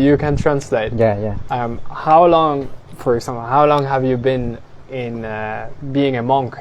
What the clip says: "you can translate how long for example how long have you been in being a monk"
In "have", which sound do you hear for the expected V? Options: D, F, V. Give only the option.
V